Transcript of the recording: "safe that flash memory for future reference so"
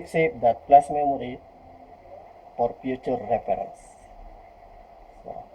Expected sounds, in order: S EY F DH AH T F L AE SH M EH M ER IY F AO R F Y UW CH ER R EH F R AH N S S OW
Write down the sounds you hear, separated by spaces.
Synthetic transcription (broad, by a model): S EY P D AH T P L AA S M EH M ER IY F AO R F Y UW CH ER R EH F R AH N S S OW